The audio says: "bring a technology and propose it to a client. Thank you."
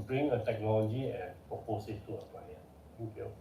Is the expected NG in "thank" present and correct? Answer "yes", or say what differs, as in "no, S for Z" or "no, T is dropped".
no, NG is dropped